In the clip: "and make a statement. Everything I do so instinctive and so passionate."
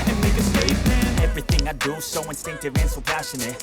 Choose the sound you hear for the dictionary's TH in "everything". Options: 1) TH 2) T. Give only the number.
1